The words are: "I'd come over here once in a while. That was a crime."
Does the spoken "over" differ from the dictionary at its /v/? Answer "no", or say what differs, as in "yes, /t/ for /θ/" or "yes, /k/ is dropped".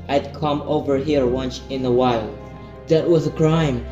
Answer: no